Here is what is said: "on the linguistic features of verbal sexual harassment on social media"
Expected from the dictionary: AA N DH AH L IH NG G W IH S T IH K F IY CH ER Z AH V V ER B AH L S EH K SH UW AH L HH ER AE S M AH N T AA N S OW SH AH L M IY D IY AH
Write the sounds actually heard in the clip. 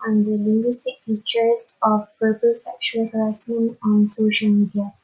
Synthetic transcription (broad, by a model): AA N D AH L IH NG G W IH S T IH K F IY CH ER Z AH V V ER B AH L S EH K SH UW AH L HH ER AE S AH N AA N S OW SH AH L M IY D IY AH